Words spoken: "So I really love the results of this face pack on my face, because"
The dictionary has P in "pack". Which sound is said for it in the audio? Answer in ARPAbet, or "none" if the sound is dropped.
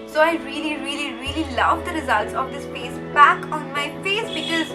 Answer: B